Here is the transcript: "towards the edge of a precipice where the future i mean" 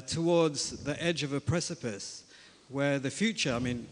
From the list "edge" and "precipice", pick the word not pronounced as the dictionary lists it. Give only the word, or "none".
none